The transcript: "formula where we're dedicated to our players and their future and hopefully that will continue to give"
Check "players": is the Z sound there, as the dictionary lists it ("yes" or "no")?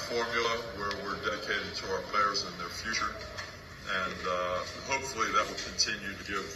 yes